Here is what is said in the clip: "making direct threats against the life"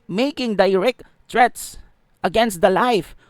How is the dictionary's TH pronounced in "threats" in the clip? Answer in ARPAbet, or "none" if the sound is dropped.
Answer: T